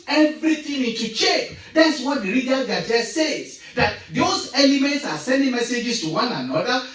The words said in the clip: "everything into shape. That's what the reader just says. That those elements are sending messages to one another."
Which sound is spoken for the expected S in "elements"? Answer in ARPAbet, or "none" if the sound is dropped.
S